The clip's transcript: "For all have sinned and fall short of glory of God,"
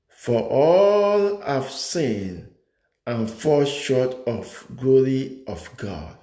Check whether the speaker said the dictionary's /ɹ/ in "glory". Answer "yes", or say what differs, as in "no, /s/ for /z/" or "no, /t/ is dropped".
yes